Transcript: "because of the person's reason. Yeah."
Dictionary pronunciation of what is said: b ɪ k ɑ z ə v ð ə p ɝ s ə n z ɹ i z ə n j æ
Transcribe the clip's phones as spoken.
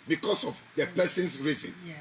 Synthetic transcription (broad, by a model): b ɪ k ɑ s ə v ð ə p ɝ s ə n s ɹ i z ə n